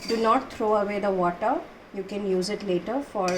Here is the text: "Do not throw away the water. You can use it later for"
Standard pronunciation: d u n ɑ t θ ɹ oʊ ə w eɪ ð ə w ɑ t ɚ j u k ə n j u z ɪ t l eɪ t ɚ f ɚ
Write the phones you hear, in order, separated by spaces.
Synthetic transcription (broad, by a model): d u n ɑ t t ɹ oʊ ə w eɪ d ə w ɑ t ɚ j u k ə n j u z ɪ t l eɪ t ɚ f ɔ